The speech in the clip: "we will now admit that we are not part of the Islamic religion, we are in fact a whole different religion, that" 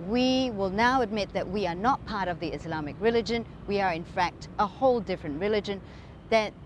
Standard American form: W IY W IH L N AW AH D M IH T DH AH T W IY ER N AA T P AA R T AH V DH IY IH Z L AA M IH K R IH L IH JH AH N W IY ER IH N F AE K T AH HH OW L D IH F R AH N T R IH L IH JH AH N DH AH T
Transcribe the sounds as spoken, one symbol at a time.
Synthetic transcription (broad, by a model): W IY W IH L N AW AH D M IH T DH AH T W IY ER N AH T P AA R T AH V DH IY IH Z L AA M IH K R IH L IH JH AH N W IY ER IH N F AE K T AH HH OW L D IH F R AH N T R IH L IH JH AH N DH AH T